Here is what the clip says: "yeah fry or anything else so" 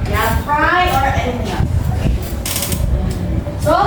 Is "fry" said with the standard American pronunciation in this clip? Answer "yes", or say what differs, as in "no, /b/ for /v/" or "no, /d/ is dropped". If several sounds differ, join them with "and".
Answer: no, /p/ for /f/